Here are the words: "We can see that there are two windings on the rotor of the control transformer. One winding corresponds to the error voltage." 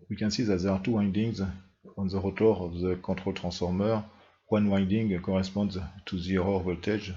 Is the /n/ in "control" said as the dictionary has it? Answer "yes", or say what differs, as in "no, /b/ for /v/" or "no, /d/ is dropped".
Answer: no, /n/ is dropped